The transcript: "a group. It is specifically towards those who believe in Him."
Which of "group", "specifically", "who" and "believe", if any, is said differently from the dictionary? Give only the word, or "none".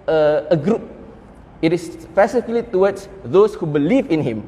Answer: specifically